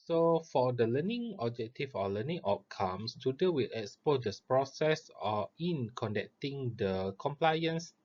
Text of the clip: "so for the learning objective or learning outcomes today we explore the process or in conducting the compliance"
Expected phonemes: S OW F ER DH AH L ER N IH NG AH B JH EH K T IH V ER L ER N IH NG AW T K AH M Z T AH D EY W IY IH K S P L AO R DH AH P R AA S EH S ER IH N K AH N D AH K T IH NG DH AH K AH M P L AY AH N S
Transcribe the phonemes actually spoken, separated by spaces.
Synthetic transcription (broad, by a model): S OW F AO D AH L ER N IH NG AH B JH EH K T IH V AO L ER N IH NG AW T K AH M S T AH D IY W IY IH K S P AO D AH P R AA S EH S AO IH N K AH N D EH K T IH NG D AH K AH M P L AY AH N S